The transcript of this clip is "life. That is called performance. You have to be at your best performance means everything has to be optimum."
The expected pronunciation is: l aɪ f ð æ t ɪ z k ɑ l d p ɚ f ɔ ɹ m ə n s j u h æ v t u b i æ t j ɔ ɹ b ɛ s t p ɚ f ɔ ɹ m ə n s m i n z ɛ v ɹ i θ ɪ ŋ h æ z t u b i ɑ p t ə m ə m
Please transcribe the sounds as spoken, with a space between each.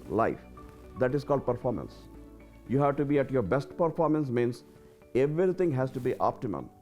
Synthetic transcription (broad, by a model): l aɪ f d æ t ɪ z k ɑ l d p ɚ f ɔ ɹ m ə n s j u h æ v t u b i æ t j ɔ ɹ b ɛ s t p ɚ f ɔ ɹ m ə n s m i n s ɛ v ɹ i t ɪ ŋ h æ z t u b i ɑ p t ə m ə m